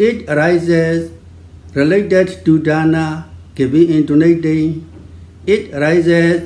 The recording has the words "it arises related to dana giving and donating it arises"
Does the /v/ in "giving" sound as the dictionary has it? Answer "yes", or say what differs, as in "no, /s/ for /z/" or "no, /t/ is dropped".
no, /b/ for /v/